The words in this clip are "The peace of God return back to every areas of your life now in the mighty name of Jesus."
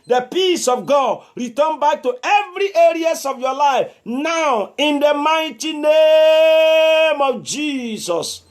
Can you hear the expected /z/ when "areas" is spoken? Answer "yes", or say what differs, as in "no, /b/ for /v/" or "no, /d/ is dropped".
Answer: no, /s/ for /z/